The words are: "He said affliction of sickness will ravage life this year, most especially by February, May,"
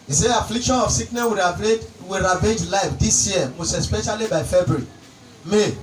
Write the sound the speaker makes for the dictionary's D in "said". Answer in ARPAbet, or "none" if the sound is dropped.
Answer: none